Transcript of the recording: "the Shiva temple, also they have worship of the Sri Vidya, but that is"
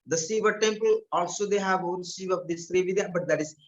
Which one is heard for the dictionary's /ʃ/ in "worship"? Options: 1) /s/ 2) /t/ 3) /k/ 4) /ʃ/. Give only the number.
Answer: 1